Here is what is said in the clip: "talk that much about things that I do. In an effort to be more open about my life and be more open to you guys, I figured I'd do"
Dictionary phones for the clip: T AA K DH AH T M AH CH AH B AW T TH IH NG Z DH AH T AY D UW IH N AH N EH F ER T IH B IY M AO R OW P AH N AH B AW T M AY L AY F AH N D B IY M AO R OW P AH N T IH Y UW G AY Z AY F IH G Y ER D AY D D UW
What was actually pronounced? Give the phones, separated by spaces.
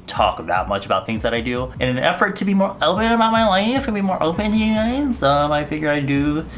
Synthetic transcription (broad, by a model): T AA K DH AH T M AH CH AH B AW T TH IH NG Z DH AH T AY D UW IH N AH N EH F ER T IH B IY M AO R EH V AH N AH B AW T M AY L AY F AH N B IY M AO R OW P AH N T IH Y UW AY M AY F IH G Y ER AY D D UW